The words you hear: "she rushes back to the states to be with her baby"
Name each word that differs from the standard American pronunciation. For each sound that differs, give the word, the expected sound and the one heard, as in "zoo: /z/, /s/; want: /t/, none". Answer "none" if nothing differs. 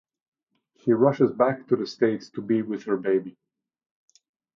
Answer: none